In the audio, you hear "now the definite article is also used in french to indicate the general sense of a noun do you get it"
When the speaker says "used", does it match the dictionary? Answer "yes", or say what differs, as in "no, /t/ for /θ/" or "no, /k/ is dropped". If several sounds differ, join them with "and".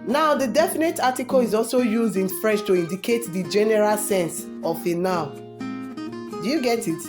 yes